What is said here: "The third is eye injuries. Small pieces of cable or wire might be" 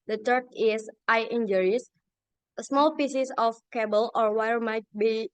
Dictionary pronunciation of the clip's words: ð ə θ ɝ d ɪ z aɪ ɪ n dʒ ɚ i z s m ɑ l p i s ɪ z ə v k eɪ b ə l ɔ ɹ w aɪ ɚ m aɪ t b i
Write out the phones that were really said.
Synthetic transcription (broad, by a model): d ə t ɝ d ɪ s aɪ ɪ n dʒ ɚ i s s m ɑ l p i s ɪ s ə f k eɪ b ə l ɔ ɹ w aɪ ɚ m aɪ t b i